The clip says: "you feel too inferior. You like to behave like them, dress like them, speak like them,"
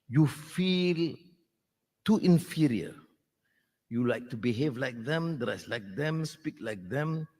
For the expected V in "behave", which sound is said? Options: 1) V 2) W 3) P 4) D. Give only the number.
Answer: 1